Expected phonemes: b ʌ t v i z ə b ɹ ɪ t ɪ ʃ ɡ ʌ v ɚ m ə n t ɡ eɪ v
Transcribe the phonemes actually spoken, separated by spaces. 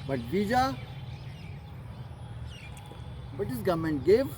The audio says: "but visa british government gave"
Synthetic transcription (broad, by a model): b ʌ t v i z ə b ʌ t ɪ s ɡ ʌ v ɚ m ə n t ɡ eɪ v